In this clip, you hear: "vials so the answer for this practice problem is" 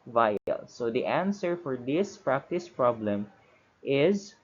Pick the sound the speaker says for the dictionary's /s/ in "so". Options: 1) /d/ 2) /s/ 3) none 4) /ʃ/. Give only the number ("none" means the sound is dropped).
2